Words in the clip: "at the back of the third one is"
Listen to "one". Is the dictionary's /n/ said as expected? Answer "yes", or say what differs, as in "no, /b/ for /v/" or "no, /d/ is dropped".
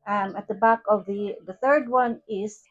yes